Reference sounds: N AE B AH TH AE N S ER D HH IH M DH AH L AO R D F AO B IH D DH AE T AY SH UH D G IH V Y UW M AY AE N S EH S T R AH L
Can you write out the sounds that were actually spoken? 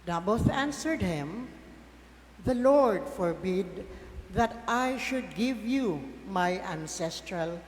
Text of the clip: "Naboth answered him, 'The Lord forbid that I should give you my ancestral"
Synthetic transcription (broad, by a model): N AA B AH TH AE N S ER D HH IH M DH AH L AO R D F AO B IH D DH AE T AY SH UH D G IH V Y UW M AY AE N S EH S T R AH L